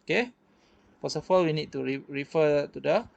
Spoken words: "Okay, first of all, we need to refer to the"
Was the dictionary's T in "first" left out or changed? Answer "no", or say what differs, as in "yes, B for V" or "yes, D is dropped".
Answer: yes, T is dropped